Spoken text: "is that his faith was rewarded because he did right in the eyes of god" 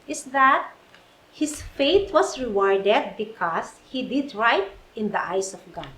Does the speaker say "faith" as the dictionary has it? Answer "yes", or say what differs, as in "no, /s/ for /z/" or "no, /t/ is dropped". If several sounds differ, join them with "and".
no, /t/ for /θ/